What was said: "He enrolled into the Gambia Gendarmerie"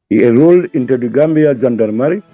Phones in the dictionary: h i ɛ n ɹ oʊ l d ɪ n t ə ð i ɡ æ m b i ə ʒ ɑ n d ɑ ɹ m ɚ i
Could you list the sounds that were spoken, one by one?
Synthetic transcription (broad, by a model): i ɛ ɹ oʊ l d ɪ n t ə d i ɡ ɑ m b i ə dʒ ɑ n d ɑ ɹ m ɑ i